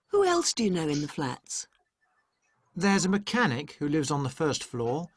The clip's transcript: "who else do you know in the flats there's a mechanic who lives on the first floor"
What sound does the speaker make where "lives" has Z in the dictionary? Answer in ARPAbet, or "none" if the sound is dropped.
Z